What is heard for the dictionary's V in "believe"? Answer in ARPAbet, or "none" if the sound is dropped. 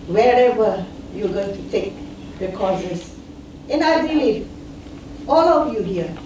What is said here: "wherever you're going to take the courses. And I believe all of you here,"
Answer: none